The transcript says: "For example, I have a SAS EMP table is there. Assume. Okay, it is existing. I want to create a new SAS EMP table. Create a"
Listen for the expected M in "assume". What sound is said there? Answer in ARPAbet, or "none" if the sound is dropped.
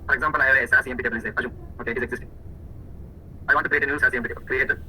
none